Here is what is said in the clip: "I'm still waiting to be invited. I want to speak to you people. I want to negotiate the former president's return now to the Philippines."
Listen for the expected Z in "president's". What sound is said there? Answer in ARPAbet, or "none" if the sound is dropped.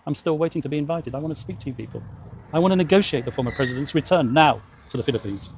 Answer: Z